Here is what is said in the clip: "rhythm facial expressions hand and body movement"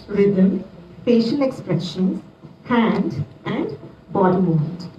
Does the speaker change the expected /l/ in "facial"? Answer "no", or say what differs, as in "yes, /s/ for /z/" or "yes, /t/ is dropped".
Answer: yes, /n/ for /l/